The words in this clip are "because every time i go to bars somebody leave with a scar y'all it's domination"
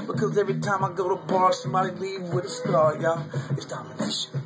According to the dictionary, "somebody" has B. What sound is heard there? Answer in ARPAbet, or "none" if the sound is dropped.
none